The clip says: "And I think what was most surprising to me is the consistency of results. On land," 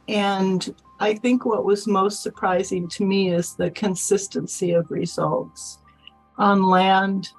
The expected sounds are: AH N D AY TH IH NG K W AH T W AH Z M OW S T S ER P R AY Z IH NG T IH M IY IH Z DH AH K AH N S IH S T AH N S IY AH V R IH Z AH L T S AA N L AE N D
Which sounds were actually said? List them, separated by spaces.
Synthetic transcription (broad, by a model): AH N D AY TH IH NG K W AH T W AH Z M OW S T S ER P R AY Z IH NG T IH M IY IH Z DH AH K AH N S IH S T AH N S IY AH V R IH Z AH L T S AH N L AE N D